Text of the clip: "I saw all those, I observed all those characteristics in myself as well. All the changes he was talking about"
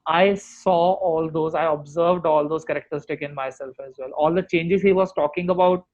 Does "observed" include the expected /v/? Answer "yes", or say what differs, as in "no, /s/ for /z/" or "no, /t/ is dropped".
yes